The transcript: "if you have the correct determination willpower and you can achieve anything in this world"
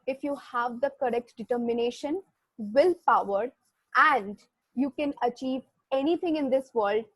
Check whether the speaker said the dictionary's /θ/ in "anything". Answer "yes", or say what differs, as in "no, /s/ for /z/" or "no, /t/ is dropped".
no, /t/ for /θ/